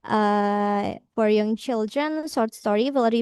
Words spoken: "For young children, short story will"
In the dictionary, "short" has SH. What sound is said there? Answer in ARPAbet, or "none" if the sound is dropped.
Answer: S